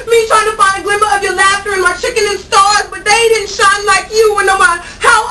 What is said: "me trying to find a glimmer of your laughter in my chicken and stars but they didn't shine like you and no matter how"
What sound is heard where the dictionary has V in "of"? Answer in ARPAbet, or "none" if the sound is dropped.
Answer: V